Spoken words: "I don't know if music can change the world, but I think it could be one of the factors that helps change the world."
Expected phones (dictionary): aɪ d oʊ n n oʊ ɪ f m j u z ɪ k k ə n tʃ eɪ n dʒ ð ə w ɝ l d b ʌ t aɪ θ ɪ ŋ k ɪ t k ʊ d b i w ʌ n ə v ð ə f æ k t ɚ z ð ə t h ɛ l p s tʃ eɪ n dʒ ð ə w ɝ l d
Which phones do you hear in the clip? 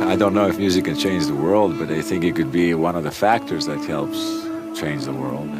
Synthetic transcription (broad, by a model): aɪ d oʊ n n oʊ ɪ f m j u z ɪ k k ə n tʃ eɪ n dʒ ð ə w ɝ l d b ʌ t aɪ θ ɪ ŋ k ɪ t k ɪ d b i w ʌ n ə v ð ə f æ k t ɚ z ð ə t h ɛ l p s tʃ eɪ n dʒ ð ə w ɝ l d